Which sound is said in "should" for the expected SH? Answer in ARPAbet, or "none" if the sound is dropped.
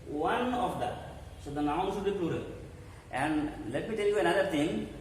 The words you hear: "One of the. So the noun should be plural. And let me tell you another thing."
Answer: S